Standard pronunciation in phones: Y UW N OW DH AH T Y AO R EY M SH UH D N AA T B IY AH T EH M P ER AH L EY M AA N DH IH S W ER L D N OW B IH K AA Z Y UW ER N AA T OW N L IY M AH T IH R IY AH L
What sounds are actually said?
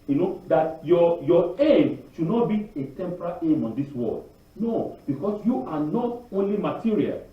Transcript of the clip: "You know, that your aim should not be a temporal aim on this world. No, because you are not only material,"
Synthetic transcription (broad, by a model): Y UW N OW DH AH T Y AO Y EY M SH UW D N AA T B IY AH T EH M P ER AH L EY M AA N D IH S W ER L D N OW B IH K AA S Y UW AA N AA T OW N L IY M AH T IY R IY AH L